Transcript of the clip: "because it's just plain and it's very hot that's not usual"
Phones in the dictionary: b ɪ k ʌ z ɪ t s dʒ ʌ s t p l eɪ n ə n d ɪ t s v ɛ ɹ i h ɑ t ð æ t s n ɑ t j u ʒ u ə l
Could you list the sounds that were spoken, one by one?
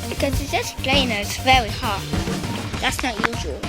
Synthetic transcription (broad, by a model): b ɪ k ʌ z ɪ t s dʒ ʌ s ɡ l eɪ ə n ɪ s v ɛ ɹ i h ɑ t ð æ t s n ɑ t j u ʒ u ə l